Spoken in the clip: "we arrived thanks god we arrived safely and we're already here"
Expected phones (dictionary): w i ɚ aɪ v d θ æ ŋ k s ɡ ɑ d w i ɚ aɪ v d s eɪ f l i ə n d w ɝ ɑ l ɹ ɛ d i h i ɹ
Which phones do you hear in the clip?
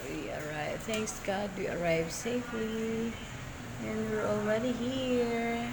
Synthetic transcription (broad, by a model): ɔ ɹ aɪ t θ æ ŋ k s ɡ ɑ d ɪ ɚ aɪ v s eɪ f l i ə n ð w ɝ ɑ l ɹ ɛ d i h i ɹ